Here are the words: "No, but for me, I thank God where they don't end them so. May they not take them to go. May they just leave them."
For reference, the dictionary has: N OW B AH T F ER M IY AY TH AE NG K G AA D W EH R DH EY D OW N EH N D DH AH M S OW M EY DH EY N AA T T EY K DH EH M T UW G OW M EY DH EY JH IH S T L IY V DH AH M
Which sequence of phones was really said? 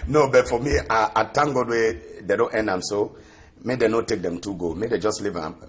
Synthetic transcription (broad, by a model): N OW B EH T F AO M IY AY T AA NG G AA D W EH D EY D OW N EH N D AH M S OW M EY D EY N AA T T EY K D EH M T UW G OW M EY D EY JH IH S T L IY V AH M